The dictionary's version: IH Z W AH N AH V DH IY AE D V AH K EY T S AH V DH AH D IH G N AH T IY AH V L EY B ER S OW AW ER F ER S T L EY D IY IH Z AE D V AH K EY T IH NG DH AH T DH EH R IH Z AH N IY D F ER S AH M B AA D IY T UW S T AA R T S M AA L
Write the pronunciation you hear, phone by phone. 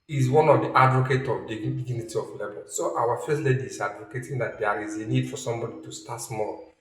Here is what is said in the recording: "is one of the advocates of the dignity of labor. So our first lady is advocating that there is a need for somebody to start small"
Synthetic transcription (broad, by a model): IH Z W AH N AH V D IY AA D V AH K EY T AH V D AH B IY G N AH T IY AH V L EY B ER S OW AW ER F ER S T L EY D IY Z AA D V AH K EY T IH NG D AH T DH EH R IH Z AH N IY D F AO S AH M B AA D IY T UW S T AA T S M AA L